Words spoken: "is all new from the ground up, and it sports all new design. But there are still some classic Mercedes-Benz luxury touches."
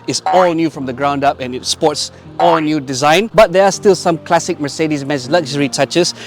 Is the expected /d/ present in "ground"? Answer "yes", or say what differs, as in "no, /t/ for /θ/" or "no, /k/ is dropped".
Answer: yes